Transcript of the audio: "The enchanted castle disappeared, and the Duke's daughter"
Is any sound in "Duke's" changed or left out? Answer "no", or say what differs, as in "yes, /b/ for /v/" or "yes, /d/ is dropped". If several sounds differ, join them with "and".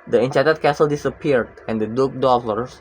yes, /s/ is dropped